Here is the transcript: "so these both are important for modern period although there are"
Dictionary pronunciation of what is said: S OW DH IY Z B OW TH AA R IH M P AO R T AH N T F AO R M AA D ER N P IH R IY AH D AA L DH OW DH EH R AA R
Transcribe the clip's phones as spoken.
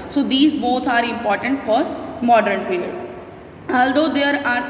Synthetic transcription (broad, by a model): S OW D IY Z B OW T AA R IH M P AO R T AH N T F AO R M AA D ER N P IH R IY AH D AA L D OW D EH R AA R